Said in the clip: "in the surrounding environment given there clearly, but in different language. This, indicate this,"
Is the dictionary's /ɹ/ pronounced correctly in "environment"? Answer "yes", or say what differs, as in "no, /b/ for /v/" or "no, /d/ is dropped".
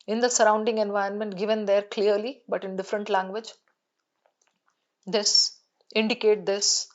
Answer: no, /ɹ/ is dropped